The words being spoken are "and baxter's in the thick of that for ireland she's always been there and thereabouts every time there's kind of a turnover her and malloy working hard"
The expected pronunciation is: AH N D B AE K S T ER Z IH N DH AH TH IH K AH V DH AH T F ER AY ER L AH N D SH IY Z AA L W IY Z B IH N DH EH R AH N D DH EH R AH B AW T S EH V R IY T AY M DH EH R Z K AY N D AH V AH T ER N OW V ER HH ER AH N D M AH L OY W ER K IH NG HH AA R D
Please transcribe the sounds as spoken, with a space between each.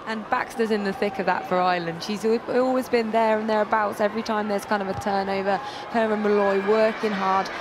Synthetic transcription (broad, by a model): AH N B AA K S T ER Z IH N DH AH TH IH K AH V DH AH T F ER AY L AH N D SH IY Z AA L W IY Z B IH N DH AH R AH N DH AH R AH B AW T S EH V R IY T AY M DH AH R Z K AY N D AH V AH T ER N OW V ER HH ER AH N M AH L OY W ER K IH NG HH AA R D